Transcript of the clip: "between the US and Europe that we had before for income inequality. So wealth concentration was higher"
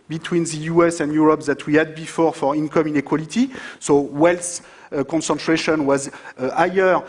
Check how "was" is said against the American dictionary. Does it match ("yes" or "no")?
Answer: yes